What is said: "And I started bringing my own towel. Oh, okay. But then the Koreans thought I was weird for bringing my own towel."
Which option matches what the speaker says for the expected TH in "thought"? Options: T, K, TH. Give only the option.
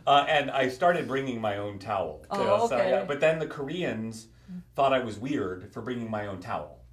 TH